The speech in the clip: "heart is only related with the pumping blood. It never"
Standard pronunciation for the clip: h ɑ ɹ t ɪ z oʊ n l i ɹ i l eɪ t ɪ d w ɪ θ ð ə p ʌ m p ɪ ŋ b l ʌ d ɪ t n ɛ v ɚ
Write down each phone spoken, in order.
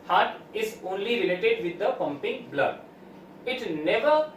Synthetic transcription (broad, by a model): h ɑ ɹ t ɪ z oʊ n l i ɹ i l eɪ t ɪ d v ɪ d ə p ʌ m p ɪ ŋ b l ʌ d ɪ t n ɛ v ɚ